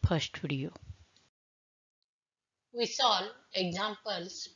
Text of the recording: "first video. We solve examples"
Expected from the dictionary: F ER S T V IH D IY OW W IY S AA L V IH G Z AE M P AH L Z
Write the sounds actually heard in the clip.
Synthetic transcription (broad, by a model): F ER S T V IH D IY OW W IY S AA L IH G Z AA M P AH L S